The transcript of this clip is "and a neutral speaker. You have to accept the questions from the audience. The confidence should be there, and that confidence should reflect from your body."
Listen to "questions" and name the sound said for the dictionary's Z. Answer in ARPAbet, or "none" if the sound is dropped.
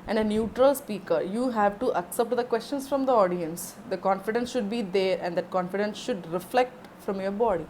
S